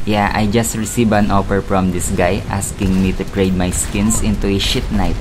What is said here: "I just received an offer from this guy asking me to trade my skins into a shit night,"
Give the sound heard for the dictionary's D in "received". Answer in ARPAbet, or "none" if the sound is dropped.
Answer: none